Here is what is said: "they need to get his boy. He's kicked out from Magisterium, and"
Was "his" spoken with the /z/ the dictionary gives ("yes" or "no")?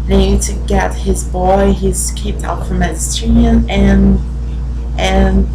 yes